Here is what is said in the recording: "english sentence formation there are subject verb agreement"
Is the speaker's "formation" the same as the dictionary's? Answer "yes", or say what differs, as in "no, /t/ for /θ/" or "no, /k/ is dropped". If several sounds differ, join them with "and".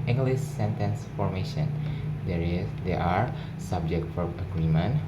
yes